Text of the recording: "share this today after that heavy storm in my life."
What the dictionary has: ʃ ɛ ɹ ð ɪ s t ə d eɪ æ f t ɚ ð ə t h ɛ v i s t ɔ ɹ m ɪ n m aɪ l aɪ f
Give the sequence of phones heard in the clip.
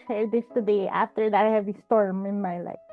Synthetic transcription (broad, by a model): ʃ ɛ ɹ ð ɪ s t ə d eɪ æ f t ɚ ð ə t h ɛ v i s t ɔ ɹ m ɪ n m aɪ l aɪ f